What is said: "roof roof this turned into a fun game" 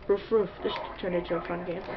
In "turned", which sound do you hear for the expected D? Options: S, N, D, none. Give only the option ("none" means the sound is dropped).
none